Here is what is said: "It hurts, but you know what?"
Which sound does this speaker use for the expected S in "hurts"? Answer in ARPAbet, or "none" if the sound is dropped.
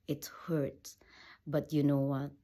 none